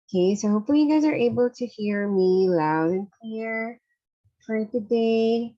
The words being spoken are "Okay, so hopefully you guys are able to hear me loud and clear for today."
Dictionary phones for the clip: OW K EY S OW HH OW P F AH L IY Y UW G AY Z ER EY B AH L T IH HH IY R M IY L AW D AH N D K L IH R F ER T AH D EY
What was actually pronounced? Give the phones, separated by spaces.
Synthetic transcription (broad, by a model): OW K EY S OW HH OW P F AH L IY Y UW G AY Z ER EY B AH L T IH HH IY R M IY L AW D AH N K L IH R F ER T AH D EY